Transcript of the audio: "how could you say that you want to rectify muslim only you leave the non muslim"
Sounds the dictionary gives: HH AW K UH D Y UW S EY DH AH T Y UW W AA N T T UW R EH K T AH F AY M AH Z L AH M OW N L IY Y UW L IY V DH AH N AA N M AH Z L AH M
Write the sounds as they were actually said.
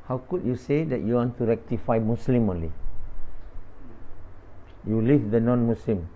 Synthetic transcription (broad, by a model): HH AW K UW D Y UW S EY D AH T Y UW W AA N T T UW R EH K T AH F AY M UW S L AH M OW N L IY Y UW L IY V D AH N AA N M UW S L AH M